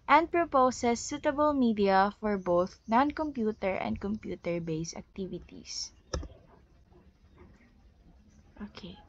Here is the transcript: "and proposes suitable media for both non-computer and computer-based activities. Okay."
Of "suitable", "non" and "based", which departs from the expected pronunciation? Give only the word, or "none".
based